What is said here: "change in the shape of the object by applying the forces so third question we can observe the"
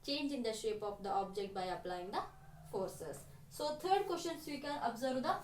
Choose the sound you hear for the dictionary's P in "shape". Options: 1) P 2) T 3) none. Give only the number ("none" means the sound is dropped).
1